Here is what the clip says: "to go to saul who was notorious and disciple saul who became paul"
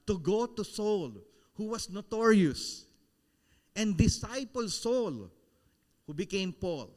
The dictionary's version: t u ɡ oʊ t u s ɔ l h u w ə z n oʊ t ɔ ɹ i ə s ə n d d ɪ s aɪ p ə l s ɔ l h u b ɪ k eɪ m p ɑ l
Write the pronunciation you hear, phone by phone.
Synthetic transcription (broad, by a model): t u ɡ oʊ t u s ɔ l h u w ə s n oʊ t ɔ ɹ i ə s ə n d d ɪ s aɪ p ə l s ɔ l h u b ɪ k eɪ m p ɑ l